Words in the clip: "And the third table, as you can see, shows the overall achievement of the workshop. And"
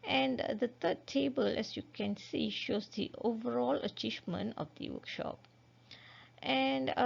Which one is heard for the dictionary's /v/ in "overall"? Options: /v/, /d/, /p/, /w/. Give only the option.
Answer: /v/